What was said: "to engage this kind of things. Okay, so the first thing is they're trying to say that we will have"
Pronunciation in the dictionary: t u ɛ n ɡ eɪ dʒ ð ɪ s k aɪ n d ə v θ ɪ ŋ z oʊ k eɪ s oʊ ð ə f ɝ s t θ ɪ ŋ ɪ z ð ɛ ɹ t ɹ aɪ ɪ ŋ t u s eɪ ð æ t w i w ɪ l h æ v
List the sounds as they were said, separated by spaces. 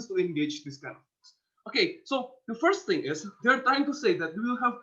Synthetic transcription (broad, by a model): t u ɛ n ɡ eɪ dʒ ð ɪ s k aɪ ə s oʊ k eɪ s oʊ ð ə f ɝ s t θ ɪ ŋ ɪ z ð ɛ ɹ t aɪ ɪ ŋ t u s eɪ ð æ t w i w ɪ l h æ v